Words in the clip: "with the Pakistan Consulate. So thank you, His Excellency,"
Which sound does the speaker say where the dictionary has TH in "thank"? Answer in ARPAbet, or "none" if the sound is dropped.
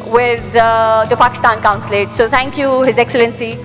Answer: T